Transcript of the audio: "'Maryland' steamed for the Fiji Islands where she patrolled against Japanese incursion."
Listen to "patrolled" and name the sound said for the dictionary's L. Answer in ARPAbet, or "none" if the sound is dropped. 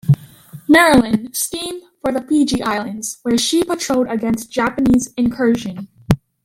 none